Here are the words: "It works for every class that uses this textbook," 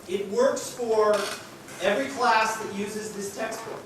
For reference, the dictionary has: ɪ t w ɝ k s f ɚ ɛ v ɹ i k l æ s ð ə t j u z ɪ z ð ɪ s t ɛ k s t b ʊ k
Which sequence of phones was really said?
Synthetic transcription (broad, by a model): ɪ t w ɝ k s f ɚ ɛ v ɹ i k l æ s ð ə t j u z ɪ z ð ɪ s t ɛ k s t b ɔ